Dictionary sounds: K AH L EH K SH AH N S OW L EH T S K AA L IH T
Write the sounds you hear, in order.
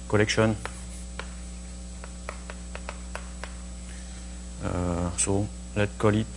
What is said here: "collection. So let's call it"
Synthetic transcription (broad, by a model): K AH L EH K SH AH N S OW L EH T K AA L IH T